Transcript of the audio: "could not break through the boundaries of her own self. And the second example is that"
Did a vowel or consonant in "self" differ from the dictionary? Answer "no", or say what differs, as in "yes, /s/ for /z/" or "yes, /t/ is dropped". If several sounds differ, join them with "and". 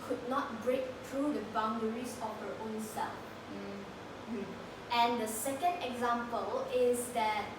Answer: yes, /l/ is dropped